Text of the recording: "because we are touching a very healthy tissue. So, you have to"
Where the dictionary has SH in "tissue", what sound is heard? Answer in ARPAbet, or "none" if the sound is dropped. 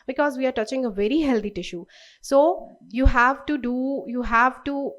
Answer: SH